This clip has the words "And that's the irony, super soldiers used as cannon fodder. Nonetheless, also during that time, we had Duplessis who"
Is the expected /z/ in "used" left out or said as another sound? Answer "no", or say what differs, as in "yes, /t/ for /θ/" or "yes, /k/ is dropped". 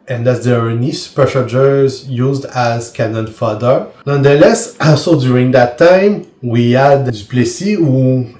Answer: no